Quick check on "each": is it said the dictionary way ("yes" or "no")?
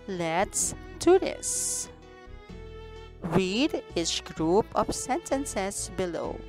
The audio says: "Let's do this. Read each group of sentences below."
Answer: no